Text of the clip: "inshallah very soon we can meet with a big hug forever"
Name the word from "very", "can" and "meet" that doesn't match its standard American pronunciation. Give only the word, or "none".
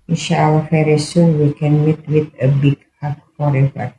very